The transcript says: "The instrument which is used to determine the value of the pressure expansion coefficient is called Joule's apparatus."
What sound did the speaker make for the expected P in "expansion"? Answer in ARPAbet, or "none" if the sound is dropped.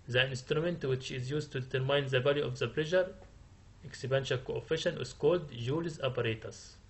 B